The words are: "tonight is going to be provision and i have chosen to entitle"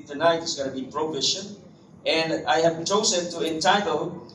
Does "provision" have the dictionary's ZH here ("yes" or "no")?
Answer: no